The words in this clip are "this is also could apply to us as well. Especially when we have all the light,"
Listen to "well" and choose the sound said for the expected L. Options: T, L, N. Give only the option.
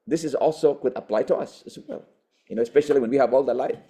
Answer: N